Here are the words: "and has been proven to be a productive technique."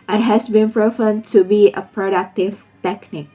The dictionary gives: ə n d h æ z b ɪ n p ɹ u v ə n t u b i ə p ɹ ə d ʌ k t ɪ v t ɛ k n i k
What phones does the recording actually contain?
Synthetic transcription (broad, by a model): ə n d h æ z b ɪ n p ɹ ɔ f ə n t u b i ə p ɹ ə d ʌ k t ɪ v t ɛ k n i k